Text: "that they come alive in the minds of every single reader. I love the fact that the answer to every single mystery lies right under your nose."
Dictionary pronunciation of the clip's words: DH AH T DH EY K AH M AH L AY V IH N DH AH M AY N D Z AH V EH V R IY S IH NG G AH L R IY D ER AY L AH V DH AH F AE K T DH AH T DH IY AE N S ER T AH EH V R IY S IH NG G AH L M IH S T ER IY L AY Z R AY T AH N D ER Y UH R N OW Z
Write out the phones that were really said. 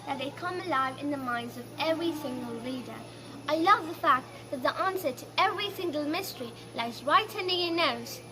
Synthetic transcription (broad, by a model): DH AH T DH EY K AH M AH L AY V IH N DH AH M AY N D Z AH V EH V R IY S IH NG G AH L L IY D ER AY L AH V DH AH F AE K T DH AH T DH IY AE N S ER T AH EH V R IY S IH NG G AH L M IH S T ER IY L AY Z R AY T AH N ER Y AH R N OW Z